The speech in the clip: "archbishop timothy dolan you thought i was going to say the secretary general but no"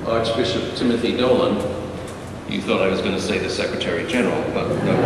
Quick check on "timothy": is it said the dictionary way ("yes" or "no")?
yes